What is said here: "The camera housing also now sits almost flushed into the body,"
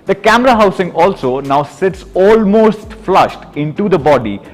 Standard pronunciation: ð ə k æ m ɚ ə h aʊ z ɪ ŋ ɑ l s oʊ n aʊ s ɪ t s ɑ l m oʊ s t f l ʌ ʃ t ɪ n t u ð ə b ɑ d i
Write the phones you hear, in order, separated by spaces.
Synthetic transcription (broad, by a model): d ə k æ m ɚ ə h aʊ s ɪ ŋ ɑ l s oʊ n aʊ s ɪ t s ɑ l m oʊ s t f l ʌ ʃ t ɪ n t u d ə b ɑ d i